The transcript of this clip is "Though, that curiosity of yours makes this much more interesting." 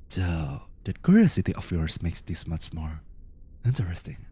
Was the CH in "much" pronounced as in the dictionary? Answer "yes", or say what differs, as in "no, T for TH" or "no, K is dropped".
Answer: yes